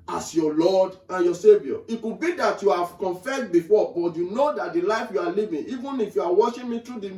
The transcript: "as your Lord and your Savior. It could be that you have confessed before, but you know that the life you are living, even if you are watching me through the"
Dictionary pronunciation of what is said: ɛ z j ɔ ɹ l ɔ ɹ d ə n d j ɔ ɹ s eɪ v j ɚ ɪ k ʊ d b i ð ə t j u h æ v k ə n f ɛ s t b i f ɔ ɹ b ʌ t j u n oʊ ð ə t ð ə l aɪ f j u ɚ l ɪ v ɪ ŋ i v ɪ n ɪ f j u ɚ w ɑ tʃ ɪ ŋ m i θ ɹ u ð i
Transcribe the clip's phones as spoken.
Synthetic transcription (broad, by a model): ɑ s j ɔ l ɔ d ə n j ɔ s eɪ v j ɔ ɪ k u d b i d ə t j u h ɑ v k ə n f ɛ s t b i f ɔ b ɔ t j u n oʊ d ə t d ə l aɪ f j u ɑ l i v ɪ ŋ i v ɪ n ɪ f j u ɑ w ɑ ʃ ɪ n m i t ɹ u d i